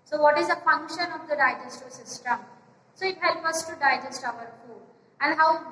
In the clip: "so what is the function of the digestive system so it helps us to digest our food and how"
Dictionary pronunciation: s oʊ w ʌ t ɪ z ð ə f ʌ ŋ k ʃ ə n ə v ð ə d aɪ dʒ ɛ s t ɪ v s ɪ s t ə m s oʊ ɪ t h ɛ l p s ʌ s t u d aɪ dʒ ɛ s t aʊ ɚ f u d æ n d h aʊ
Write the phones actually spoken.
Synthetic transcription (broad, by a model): s oʊ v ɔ t ɪ z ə f ʌ ŋ k ʃ ə n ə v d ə d aɪ dʒ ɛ s t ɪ s ɪ s t ə m s oʊ ɪ t h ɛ l p ʌ s t u d aɪ dʒ ɛ s t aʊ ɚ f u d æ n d h aʊ